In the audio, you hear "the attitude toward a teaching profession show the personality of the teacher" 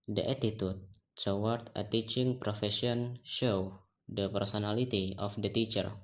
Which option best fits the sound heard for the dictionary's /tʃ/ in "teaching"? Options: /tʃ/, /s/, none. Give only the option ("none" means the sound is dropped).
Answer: /tʃ/